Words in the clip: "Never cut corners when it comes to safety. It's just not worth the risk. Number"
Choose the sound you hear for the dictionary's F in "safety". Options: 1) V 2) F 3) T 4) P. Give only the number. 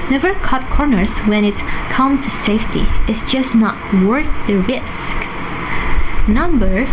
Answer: 2